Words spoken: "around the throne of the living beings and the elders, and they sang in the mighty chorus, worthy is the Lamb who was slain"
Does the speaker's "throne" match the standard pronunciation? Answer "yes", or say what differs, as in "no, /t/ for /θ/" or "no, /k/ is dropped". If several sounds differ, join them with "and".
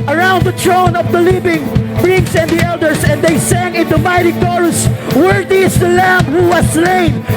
no, /t/ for /θ/